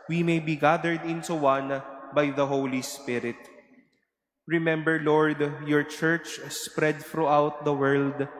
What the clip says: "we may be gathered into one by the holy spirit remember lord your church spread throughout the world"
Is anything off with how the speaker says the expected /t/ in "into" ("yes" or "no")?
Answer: yes